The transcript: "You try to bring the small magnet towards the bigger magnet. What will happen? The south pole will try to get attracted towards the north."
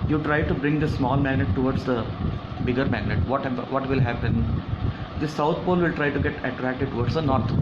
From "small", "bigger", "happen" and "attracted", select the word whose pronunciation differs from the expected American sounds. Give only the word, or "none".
none